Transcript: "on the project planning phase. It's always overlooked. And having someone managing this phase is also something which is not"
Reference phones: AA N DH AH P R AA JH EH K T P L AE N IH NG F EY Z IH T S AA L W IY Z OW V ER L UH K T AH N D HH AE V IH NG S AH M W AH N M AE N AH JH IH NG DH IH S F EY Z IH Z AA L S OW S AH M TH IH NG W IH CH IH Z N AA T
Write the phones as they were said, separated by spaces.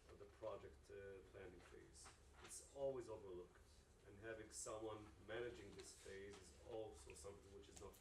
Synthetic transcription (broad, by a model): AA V DH AH P R AA JH EH K T P L AE N IH NG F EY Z IH T S AA L W IY Z OW V ER L UH K T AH N HH AE V IH NG S AH M W AH N M AE N AH JH IH NG DH IH S F EY Z IH Z AA L S OW S AH M TH IH NG W IH CH IH Z N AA T